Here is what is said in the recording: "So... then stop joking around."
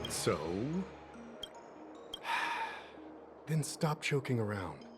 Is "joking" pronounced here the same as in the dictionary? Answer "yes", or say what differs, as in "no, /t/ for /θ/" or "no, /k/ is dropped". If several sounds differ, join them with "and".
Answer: no, /tʃ/ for /dʒ/